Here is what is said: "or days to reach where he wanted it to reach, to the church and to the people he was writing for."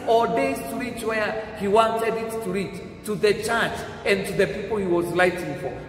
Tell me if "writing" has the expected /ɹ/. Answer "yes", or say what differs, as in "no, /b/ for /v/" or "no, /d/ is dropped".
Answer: no, /l/ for /ɹ/